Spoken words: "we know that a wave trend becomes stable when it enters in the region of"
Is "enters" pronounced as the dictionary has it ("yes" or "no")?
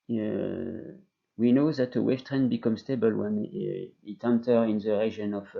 no